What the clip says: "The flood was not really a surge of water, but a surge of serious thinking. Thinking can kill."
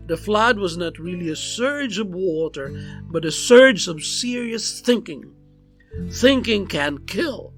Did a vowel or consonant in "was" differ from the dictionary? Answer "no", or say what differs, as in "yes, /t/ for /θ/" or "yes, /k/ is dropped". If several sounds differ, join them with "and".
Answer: no